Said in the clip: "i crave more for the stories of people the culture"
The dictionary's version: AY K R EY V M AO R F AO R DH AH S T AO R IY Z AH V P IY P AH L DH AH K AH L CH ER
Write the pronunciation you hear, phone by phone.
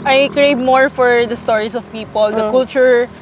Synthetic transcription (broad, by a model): AY K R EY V M AO R F AO R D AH S T AO R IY S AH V P IY P AH L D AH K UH L CH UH